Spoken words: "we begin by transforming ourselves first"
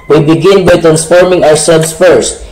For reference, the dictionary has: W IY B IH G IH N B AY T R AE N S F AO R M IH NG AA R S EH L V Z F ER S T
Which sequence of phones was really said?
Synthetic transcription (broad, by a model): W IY B IH G IH N B AY T R AE N S F AO R M IH NG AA R S EH L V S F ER S T